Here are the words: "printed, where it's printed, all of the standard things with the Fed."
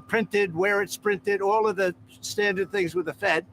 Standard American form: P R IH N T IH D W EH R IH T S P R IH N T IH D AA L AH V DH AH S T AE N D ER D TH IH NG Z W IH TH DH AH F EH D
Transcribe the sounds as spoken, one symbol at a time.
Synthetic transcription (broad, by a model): P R IH N T IH D W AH R IH T S P R IH N T IH D AA L AH V DH AH S T AE N D ER D TH IH NG Z W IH DH AH F EH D